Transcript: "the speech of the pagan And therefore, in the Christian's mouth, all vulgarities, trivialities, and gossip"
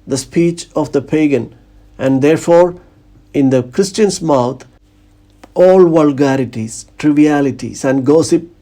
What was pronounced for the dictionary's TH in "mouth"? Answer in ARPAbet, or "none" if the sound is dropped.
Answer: T